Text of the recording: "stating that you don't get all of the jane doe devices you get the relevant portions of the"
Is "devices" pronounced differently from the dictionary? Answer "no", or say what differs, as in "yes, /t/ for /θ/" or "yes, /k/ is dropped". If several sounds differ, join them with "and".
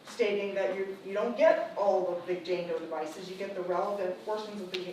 no